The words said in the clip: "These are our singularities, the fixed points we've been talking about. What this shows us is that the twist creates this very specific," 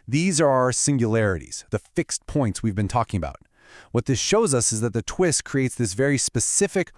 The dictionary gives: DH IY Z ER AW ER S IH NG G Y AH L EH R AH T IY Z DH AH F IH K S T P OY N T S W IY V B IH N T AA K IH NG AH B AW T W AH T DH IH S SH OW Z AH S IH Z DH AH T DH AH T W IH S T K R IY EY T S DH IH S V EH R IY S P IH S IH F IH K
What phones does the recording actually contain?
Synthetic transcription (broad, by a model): DH IY Z ER AW ER S IH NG Y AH L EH R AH T IY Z DH AH F IH K S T P OY N T S W IY V B IH N T AA K IH NG AH B AW T W AH T DH IH S SH OW Z AH S IH Z DH AH T DH AH T W IH S T K R IY EY T S DH IH S V EH R IY S P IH S IH F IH K